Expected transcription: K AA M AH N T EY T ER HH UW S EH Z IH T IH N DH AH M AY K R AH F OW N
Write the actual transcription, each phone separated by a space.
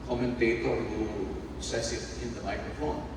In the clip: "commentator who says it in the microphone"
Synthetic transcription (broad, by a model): K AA M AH N T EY T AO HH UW S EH S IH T IH N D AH M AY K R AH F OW N